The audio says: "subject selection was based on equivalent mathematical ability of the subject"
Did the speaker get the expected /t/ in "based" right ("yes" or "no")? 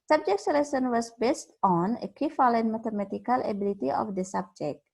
yes